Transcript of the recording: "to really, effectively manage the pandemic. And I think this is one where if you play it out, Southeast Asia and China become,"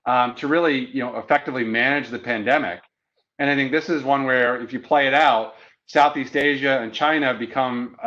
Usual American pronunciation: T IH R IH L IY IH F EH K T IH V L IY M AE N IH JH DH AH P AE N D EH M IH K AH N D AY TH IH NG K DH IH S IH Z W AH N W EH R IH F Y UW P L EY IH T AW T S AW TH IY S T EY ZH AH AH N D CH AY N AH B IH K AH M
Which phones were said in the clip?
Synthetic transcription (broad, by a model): T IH R IH L IY IH F EH K T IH V L IY M AE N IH JH DH AH P AE N D EH M IH K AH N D AY TH IH NG K DH IH S IH Z W AH N W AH R IH F Y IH P L EY IH T AW T S AW TH IY S T EY ZH AH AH N CH AY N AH B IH K AH M